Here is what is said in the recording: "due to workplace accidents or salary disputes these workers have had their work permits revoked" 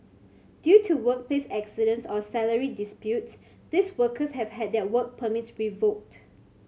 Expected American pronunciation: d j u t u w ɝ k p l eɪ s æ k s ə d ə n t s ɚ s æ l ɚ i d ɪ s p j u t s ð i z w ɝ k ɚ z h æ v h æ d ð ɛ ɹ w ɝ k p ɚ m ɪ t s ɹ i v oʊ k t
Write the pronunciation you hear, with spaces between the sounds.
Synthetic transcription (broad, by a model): d j u t u w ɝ k p l eɪ s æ k s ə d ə n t s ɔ s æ l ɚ i d ɪ s p j u t s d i s w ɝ k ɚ s h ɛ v h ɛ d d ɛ w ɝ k p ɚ m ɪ t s ɹ i v oʊ k t